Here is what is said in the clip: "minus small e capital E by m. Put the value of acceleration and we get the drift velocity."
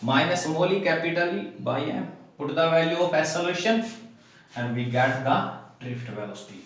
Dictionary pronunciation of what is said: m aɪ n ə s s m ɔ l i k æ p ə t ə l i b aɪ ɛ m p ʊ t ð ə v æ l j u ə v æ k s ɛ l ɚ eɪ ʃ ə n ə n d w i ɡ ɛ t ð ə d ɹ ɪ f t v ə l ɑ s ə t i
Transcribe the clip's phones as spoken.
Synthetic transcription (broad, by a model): m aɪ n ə s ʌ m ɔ l i k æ p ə t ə l i b aɪ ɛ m p ʊ t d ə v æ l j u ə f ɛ s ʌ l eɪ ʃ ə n ə n d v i ɡ ɛ t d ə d ɹ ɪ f t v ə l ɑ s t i